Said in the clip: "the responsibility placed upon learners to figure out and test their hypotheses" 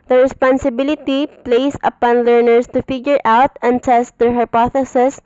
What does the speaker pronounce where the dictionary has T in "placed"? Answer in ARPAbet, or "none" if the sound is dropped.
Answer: none